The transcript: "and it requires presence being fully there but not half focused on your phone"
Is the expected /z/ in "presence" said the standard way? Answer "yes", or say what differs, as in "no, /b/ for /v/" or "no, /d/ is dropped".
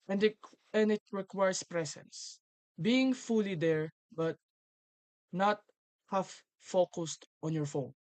no, /s/ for /z/